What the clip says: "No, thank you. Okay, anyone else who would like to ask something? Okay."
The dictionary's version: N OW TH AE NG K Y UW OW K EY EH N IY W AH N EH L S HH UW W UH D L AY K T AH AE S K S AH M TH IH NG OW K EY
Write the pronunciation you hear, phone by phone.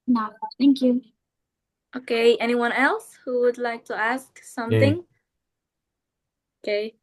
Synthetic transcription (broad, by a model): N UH TH AE NG K Y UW OW K EY EH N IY W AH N EH L S HH UW W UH D L AY K T AH AE S K S AH M TH IH NG OW K EY